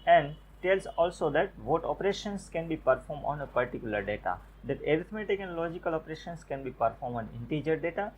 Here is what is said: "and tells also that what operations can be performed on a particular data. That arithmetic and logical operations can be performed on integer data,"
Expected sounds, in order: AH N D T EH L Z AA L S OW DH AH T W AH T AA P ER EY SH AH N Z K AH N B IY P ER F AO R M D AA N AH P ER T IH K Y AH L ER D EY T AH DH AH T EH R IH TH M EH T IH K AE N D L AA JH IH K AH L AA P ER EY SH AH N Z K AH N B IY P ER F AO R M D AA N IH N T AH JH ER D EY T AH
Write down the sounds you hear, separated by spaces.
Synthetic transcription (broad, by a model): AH N D T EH L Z AA L S OW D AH T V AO T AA P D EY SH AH N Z K AH N B IY P ER F AO R M D AA N AH P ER T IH K Y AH L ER D EY T AH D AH T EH R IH T M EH T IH K N L AA JH IH K AH L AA P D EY SH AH N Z K AH N B IY P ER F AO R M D AA N IH N T AH JH ER D EY T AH